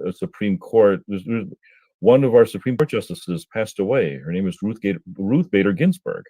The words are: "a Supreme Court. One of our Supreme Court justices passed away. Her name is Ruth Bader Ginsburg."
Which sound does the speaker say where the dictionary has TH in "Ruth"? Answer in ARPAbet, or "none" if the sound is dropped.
TH